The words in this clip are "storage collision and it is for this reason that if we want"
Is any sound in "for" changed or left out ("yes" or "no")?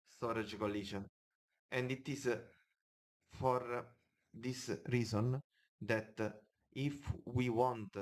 no